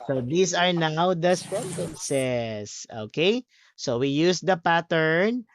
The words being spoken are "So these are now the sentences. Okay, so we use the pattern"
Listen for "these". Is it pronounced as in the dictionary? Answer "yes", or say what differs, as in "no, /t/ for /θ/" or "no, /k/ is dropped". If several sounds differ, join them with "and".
no, /s/ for /z/